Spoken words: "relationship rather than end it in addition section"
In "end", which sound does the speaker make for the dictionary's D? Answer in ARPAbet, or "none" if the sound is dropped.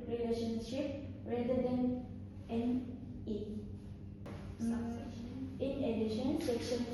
none